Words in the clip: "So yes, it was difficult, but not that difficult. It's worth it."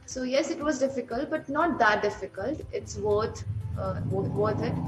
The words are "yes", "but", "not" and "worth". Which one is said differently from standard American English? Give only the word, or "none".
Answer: worth